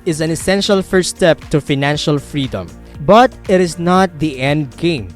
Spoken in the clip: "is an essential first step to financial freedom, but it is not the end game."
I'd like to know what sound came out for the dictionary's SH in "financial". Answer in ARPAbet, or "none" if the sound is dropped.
SH